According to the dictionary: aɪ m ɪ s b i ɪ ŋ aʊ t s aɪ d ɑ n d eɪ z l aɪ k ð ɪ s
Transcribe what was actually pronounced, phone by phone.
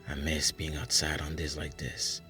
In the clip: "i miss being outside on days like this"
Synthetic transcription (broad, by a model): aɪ m ɪ s b i ɪ ŋ aʊ t s aɪ d n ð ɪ s l aɪ k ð ɪ s